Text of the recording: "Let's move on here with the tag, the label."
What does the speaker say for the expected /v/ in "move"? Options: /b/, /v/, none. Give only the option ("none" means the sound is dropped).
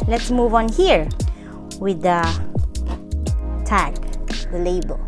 /v/